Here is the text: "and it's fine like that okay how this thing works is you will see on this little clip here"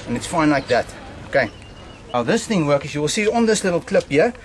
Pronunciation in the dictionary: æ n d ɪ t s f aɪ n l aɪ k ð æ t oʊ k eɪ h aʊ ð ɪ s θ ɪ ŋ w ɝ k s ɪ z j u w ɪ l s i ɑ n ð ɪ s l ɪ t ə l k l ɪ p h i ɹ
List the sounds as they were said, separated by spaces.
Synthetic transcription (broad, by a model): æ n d ɪ t s f aɪ n l aɪ k ð æ t oʊ k eɪ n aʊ ð ɪ s θ ɪ ŋ w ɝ k ɪ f j u w ɪ l s i ɑ n ð ɪ s l ɪ t ə l k l ɪ p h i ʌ